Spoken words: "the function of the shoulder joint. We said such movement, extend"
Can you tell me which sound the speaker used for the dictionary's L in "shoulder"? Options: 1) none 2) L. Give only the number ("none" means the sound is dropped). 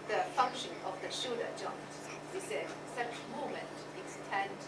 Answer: 1